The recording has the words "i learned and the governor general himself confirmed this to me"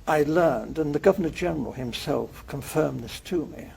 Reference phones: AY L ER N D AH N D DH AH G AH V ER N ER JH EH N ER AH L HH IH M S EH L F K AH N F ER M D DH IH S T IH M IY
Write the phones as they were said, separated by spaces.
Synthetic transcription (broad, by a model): AY L ER N D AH N DH AH G AH V ER N ER JH EH N ER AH L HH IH M S EH L F K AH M F ER M DH IH S T IH M IY